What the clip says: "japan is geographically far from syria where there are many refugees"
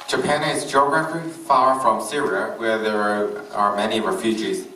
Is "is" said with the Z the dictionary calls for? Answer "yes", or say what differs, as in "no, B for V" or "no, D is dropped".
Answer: yes